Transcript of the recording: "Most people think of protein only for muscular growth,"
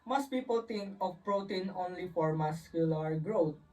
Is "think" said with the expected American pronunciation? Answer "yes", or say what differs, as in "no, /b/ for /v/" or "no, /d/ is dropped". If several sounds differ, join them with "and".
no, /t/ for /θ/